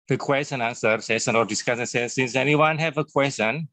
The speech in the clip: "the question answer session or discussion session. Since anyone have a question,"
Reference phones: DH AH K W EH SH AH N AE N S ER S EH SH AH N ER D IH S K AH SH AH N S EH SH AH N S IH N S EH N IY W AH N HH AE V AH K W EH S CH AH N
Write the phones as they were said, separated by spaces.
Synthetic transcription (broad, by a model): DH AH K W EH S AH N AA N S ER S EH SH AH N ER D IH S K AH S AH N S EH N S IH N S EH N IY W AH N HH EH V AH K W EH S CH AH N